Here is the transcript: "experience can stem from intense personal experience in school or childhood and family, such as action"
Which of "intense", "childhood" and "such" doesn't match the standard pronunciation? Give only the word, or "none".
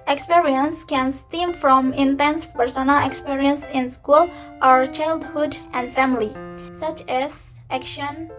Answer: none